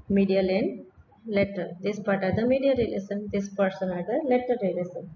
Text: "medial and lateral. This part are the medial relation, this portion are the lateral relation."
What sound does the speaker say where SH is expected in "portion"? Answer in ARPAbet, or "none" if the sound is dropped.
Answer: S